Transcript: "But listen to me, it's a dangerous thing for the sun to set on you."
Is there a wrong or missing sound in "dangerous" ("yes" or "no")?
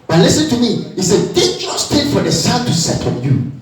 yes